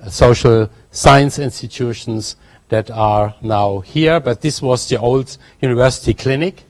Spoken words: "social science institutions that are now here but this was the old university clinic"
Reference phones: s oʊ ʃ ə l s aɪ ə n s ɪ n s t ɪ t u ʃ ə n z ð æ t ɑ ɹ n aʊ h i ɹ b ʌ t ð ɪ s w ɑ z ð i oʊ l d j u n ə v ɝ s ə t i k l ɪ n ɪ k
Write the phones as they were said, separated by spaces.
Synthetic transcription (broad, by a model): s oʊ ʃ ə l s aɪ ə n s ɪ n s t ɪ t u ʃ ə n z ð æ t ɑ ɹ n aʊ h i ɹ b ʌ t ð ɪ s w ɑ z ð i oʊ l d j u n ə v ɝ s ə t i k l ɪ n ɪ k